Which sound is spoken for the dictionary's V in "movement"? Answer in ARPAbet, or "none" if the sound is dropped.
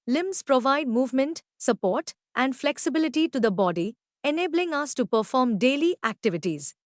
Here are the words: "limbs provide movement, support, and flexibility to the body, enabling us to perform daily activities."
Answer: V